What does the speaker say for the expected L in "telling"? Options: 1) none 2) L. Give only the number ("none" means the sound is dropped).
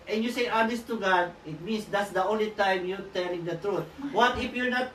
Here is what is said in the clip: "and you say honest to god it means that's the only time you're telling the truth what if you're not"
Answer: 2